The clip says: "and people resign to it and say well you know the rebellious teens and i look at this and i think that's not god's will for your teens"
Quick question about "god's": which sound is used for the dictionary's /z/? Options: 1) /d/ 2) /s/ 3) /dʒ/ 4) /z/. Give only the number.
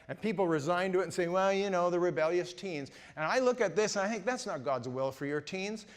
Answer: 4